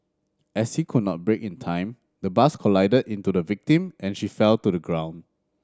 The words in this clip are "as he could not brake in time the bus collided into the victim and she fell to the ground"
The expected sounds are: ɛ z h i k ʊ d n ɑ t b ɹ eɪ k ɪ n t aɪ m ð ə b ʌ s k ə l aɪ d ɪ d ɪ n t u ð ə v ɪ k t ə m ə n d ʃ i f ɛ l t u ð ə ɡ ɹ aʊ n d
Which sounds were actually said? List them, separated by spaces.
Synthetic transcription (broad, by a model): ɛ s h i k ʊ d n ɑ t b ɹ eɪ k ɪ n t aɪ m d ə b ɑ s k ə l aɪ d ɪ d ɪ n t u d ə v ɪ k t ə m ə n ʃ i f ɛ l t u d ə ɡ ɹ aʊ n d